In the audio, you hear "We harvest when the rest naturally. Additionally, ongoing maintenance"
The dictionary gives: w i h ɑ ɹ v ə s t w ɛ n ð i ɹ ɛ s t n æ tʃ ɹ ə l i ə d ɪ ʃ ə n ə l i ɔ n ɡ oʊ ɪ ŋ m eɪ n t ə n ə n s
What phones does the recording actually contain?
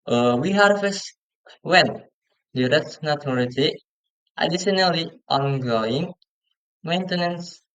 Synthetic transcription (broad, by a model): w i h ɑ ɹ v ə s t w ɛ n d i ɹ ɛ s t n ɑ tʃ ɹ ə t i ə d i s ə n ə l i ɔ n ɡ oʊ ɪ ŋ m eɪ n t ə n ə n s